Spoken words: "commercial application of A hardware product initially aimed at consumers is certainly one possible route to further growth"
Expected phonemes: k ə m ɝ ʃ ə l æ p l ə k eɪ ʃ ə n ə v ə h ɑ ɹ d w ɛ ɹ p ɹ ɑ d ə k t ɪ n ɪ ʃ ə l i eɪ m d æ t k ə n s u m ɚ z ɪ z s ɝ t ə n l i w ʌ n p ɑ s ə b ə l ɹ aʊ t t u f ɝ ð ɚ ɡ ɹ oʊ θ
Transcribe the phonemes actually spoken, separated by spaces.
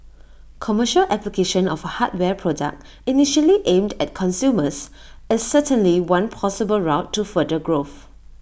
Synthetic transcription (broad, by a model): k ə m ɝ ʃ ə l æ p l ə k eɪ ʃ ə n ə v ə h ɑ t w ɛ p ɹ ɑ d ə k t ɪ n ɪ ʃ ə l i eɪ m d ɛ t k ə n s u m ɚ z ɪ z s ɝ t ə n l i w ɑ n p ɑ s ə b ə l ɹ aʊ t t u f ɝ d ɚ ɡ ɹ oʊ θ